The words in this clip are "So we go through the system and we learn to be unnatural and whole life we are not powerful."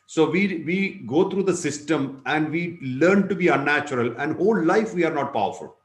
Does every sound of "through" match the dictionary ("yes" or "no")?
no